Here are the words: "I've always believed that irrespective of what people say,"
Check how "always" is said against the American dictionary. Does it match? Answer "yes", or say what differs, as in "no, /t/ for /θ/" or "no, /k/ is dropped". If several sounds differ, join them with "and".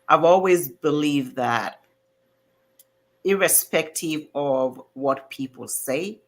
yes